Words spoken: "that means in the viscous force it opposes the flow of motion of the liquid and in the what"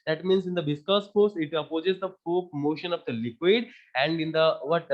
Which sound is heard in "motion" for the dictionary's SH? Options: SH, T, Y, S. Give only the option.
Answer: SH